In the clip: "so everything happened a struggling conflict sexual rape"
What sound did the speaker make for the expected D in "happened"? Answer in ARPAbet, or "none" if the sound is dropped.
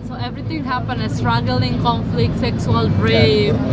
none